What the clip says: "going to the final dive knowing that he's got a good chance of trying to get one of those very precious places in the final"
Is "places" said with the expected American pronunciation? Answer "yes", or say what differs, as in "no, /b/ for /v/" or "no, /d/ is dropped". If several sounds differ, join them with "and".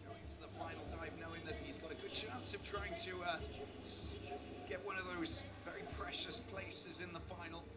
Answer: yes